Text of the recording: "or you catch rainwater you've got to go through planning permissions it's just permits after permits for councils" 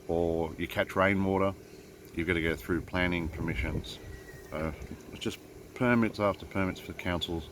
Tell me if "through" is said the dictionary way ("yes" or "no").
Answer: yes